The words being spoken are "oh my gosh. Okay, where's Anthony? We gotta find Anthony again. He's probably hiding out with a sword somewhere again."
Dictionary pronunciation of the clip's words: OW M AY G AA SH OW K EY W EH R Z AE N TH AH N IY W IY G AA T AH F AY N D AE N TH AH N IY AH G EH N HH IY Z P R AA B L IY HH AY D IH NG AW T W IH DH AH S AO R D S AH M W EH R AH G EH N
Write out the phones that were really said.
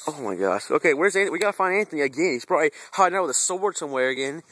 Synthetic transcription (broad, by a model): OW M AY G AA SH OW K EY W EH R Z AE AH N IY W IY G AA T AH F AY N AE N TH AH N IY AH G EH N HH IY Z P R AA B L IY HH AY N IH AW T W IH DH AH S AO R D S AH M W EH R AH G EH N